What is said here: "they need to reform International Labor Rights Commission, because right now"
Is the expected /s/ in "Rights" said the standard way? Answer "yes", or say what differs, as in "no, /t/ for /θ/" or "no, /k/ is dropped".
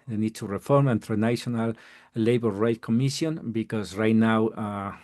no, /s/ is dropped